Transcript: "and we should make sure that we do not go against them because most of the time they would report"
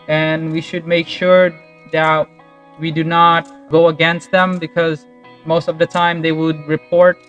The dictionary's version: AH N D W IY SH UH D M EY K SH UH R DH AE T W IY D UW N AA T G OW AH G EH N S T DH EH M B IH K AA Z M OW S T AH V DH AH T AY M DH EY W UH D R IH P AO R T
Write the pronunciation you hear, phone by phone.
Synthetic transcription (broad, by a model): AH N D W IY SH UH D M EY K SH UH R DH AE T W IY D UW N AA T G OW AH G EH N S T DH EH M B IH K AA Z M OW S T AH V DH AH T AY M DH EY W UH D R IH P AO R T